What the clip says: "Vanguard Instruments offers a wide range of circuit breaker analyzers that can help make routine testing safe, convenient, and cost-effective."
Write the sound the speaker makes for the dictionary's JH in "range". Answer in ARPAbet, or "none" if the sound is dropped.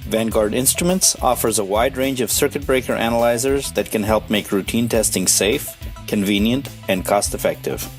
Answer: JH